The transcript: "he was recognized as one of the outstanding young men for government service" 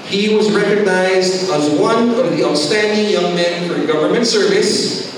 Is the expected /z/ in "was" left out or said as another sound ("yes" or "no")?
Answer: no